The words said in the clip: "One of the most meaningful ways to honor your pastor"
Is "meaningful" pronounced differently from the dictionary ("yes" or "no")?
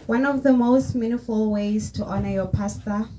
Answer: yes